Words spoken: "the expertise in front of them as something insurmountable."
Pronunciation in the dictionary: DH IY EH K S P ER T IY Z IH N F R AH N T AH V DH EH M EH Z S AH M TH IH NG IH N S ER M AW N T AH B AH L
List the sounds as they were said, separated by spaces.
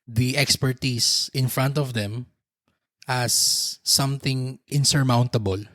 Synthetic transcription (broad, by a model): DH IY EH K S P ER T IY S IH N F R AH N T AH V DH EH M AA S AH M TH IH NG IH N S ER M AW N T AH B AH L